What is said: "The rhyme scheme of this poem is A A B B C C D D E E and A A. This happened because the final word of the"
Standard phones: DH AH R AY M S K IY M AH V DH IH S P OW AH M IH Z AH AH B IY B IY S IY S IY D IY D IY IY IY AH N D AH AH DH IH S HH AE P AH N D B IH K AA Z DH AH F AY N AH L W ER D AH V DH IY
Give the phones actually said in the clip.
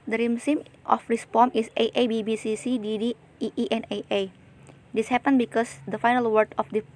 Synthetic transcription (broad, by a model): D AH R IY M S IY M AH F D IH S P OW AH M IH S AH AH B IY B IY S IY S IY D IY D IY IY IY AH N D AH AH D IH S HH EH P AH N B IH K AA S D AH F AY N AH L W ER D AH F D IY